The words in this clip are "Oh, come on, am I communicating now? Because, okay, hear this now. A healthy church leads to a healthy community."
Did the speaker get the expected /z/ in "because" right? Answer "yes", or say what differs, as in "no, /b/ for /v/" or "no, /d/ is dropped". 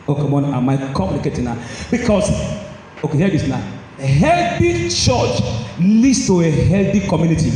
no, /s/ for /z/